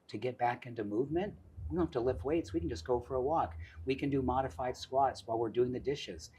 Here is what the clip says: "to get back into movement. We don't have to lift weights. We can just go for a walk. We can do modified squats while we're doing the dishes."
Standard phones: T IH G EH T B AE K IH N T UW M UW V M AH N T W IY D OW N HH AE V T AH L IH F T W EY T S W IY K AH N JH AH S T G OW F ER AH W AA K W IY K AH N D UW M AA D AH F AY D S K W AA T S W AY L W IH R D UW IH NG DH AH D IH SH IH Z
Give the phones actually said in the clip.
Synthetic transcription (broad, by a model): T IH G EH T B AE K IH N T UW M UW V M AH N T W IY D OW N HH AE F T AH L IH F W EY T S W IY K N JH AH S G OW F ER AH W AA K W IY K AH N D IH M AA D AH F AY D S K W AA T S W AY L W IH R D UW IH NG DH AH D IH SH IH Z